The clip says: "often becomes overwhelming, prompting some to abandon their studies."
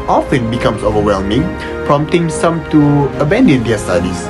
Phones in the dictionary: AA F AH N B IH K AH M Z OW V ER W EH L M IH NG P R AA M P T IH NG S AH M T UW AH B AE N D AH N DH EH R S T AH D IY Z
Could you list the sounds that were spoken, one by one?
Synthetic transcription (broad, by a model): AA F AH N B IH K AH M S OW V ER W EH L M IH NG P R AA M T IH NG S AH M T UW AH B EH N D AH N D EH S T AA D IY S